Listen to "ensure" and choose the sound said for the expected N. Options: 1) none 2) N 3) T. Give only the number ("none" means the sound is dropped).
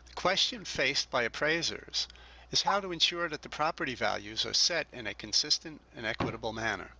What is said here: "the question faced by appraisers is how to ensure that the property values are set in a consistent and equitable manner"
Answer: 2